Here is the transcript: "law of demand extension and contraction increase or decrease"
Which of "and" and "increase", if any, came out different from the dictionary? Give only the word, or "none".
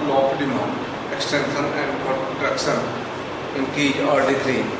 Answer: increase